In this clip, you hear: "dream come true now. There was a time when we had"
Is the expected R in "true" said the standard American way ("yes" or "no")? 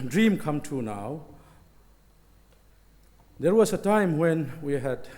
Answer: no